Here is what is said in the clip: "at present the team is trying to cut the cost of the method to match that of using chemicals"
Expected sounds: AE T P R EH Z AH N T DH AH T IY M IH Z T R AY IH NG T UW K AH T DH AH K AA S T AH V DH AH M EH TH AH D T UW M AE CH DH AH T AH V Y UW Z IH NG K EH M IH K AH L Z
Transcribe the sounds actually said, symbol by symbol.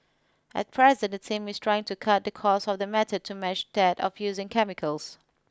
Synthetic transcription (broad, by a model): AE T P R EH Z AH N T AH T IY M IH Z T R AY IH NG T UW K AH T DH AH K AA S AH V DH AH M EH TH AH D T UW M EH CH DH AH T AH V Y UW Z IH NG K EH M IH K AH L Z